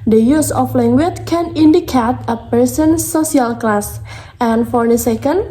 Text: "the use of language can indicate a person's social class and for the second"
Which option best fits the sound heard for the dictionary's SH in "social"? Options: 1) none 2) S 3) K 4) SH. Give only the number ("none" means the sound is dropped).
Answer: 1